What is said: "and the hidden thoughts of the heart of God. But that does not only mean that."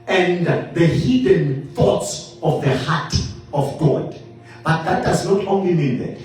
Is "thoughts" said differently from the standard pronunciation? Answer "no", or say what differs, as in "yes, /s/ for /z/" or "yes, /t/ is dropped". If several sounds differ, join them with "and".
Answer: no